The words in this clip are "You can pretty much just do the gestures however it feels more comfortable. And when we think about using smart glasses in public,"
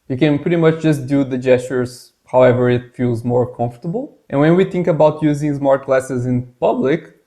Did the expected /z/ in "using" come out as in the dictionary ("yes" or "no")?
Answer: yes